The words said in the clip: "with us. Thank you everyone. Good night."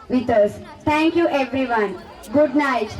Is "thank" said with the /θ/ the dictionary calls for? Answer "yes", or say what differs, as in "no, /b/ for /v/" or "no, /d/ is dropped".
no, /t/ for /θ/